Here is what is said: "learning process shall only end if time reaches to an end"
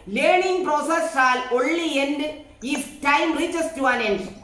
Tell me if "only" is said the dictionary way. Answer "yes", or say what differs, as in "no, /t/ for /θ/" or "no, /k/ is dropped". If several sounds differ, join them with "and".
no, /l/ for /n/